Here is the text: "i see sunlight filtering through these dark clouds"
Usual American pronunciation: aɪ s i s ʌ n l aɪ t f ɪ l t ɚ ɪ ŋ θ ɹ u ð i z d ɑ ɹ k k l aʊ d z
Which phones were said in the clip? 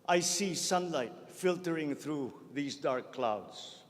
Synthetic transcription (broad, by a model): aɪ s i s ʌ n l aɪ t f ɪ l t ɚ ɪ ŋ t ɹ u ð i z d ɑ ɹ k k l aʊ d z